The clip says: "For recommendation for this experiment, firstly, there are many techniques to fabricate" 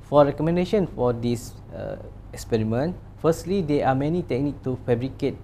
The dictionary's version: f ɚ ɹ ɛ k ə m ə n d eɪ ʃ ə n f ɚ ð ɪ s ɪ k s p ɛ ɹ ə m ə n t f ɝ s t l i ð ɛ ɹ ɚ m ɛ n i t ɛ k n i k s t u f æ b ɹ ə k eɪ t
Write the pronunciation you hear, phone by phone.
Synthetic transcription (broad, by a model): f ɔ ɹ ɛ k ə m ə n d eɪ ʃ ə n f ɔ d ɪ s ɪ k s p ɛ ɹ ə m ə n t f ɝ s t l i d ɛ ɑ m ɛ n i t ɛ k n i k t u f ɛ b ɹ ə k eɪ t